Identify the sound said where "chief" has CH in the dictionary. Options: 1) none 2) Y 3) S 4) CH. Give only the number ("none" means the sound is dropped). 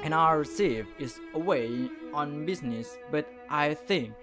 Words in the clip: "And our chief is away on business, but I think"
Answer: 3